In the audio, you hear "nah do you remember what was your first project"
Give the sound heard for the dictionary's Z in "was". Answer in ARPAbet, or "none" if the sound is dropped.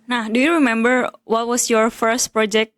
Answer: S